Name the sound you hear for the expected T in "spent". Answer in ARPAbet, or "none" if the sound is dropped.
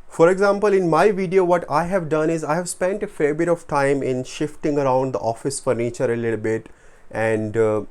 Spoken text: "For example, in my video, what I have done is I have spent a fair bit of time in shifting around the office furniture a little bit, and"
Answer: T